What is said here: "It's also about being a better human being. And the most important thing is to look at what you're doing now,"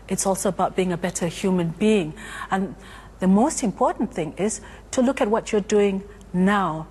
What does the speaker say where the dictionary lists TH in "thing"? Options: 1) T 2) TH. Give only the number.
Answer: 2